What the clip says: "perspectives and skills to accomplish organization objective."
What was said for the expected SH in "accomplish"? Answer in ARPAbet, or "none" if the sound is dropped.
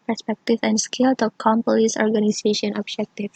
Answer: S